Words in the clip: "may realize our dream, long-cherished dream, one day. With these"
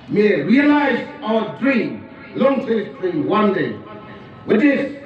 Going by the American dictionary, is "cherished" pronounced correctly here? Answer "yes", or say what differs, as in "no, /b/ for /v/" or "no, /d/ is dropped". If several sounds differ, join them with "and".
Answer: no, /s/ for /ʃ/